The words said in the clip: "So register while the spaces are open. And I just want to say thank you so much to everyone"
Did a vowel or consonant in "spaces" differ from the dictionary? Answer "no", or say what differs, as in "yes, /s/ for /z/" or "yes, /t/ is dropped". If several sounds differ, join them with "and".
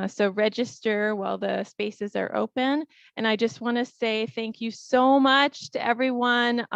no